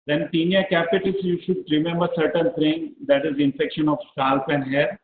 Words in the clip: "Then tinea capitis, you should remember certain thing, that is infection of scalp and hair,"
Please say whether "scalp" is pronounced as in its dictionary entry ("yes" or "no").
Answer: no